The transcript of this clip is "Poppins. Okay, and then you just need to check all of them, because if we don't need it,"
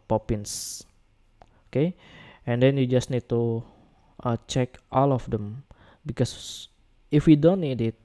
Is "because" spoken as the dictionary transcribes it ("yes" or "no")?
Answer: no